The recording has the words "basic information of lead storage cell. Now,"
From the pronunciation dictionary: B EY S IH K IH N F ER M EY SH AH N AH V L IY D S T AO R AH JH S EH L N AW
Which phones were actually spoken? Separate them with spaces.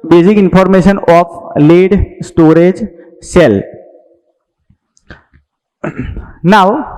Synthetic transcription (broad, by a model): B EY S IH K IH N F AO M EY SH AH N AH P L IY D S T AO R AH JH S EH L N AW